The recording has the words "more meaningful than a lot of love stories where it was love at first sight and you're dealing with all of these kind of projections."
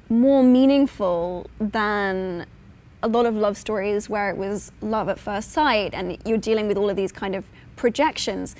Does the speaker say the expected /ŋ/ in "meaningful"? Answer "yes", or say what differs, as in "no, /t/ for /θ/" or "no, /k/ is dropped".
yes